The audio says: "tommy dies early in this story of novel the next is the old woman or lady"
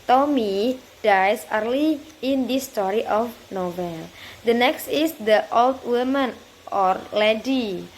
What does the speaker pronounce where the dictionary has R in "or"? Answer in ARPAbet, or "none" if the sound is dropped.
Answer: R